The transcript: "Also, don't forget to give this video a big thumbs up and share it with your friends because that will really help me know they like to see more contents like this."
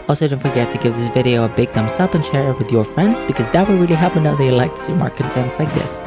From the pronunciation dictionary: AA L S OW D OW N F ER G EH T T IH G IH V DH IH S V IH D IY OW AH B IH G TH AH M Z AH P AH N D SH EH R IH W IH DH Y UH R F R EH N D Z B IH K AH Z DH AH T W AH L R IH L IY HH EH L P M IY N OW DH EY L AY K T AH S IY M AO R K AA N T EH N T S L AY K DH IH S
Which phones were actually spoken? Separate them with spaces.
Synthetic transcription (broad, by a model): AA L S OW D OW N F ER G EH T T IH G IH V DH IH S V IH D IY OW AH B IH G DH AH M S AH P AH N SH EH R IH W IH DH Y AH R F R EH N D Z B IH K AH Z DH AH T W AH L R IH L IY HH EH P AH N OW DH EY L AY K T AH S IY M AO R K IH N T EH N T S L AY K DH IH S